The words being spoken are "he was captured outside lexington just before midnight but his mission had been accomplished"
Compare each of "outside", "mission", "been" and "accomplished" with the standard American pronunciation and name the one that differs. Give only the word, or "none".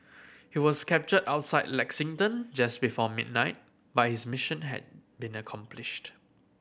none